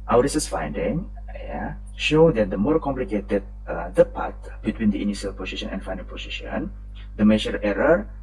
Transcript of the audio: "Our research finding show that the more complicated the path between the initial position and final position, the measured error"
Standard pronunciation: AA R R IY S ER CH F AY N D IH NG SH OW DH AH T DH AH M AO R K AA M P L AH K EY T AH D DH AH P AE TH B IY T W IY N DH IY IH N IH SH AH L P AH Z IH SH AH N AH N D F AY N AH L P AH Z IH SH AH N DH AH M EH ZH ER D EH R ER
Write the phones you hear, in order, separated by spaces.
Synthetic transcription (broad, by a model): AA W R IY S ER S F AY N D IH NG SH OW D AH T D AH M AO R K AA M P L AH K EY T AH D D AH P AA T B IY T W IY N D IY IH N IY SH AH L P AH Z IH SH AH N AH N F AY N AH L P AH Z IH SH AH N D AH M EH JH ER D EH R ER